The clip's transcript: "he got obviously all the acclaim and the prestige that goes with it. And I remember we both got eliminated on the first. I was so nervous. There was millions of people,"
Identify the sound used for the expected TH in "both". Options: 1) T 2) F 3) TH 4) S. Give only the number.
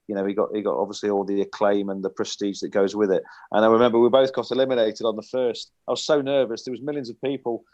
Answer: 3